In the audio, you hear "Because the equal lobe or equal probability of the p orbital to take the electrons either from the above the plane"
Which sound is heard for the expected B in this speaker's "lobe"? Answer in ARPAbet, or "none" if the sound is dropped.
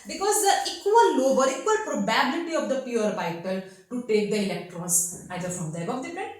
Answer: B